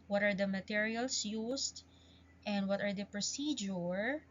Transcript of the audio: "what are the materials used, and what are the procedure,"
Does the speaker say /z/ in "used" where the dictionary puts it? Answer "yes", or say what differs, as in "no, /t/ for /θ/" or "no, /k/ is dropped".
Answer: no, /s/ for /z/